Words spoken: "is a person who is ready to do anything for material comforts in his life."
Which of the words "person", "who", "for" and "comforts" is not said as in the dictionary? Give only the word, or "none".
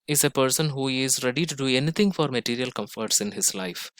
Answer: none